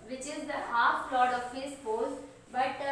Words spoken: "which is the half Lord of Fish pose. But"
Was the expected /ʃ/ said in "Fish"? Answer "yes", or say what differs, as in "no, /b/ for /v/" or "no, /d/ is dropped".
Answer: no, /s/ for /ʃ/